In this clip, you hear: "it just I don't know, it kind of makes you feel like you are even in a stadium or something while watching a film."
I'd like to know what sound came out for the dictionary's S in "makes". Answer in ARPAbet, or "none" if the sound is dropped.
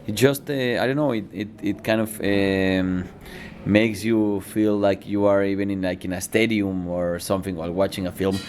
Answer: S